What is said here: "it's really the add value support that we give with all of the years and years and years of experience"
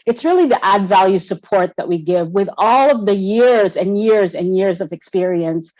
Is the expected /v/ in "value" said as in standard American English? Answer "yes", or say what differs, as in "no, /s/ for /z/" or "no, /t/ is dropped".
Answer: yes